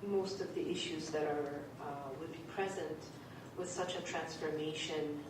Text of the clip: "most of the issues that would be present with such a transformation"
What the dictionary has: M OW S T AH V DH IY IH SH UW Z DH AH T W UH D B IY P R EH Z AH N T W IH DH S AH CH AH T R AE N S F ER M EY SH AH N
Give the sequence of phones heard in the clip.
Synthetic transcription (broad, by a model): M OW S T AH V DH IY IH SH UW Z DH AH T W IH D B IY P R EH Z AH N T W IH DH S AH CH AH T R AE N S F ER M EY SH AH N